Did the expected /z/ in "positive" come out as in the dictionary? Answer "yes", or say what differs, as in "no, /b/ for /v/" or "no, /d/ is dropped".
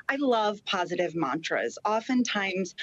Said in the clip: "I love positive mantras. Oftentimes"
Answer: yes